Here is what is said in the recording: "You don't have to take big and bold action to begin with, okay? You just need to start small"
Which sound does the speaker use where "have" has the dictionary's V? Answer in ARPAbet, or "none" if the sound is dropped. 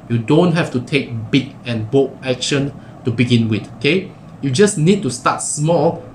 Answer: F